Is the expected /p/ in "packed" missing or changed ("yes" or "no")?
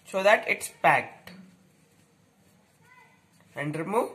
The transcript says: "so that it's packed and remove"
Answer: no